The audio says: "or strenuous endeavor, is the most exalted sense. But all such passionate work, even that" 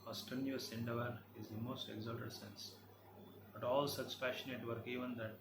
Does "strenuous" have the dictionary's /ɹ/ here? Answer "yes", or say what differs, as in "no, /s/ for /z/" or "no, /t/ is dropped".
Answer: no, /ɹ/ is dropped